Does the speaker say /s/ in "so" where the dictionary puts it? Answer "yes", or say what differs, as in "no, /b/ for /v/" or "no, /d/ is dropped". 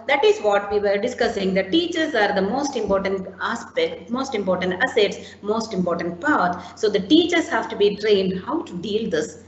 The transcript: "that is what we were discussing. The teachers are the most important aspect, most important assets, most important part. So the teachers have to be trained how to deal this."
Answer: yes